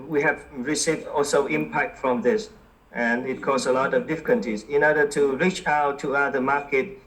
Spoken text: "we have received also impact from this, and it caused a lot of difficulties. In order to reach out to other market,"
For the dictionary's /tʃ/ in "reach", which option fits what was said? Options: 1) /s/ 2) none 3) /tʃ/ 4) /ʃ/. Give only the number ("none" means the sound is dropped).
3